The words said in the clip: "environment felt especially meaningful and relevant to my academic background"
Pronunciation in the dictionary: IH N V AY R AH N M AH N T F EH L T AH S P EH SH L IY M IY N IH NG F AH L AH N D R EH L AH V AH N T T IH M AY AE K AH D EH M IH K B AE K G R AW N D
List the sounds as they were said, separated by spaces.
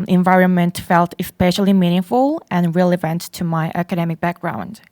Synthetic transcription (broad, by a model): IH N V AY R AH N M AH N T F EH L T AH S P EH SH L IY M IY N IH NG F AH L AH N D R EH L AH V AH N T T IH M AY AE K AH D EH M IH K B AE K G R AW N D